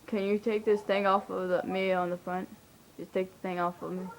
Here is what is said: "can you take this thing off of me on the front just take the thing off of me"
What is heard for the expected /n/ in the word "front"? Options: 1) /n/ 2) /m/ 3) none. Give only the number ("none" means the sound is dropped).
1